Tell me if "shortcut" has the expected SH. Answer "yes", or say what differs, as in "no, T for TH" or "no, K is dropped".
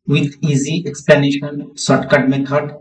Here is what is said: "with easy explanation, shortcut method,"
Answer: no, S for SH